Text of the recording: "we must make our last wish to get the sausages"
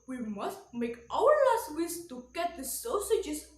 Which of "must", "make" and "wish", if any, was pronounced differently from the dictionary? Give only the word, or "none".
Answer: wish